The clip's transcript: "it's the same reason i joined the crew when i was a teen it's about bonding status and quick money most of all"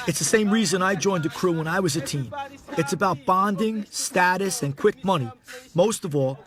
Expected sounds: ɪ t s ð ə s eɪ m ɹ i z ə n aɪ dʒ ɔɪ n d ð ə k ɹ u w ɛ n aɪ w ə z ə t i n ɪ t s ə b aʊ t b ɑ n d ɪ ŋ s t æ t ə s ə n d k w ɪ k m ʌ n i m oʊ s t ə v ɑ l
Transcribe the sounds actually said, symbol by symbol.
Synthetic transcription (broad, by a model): ɪ t s ð ə s eɪ m ɹ i z ə n aɪ dʒ ɔɪ n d ð ə k ɹ u w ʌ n aɪ w ə z ə t i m ɪ t s ə b aʊ t b ɑ n d ɪ ŋ s t æ t ə s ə n k w ɪ k m ʌ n i m oʊ s t ə v ɑ l